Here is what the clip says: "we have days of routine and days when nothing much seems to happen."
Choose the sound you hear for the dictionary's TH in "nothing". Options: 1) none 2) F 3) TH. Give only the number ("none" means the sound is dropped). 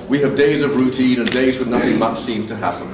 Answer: 3